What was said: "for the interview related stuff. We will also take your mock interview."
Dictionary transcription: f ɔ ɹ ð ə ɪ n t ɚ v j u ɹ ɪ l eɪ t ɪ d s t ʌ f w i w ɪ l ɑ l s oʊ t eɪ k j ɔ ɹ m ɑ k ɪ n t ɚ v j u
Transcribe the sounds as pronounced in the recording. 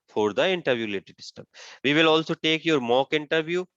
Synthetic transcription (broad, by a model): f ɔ ɹ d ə ɪ n t ɚ v j u l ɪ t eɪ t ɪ s t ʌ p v i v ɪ l ɑ l s oʊ t eɪ k j ɔ ɹ m ɑ k ɪ n t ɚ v j u